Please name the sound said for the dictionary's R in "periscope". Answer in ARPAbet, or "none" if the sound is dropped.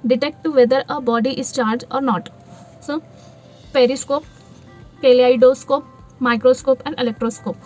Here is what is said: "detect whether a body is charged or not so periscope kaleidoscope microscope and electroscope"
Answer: R